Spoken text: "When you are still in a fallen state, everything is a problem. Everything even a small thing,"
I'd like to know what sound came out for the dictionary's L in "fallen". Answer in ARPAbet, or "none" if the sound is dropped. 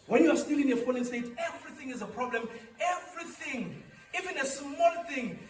N